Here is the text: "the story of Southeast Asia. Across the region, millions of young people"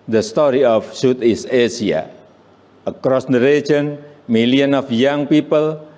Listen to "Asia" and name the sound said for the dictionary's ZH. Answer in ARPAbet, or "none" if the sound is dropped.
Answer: S